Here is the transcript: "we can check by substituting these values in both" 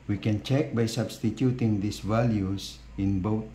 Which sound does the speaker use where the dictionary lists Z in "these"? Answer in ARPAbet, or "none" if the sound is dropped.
S